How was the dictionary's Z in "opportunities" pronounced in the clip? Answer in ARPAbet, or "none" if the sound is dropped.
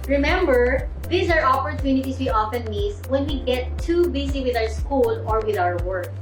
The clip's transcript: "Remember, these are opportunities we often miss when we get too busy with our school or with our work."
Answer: S